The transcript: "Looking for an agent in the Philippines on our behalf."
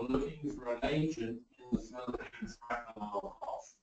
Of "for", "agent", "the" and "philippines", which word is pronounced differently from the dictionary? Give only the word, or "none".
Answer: philippines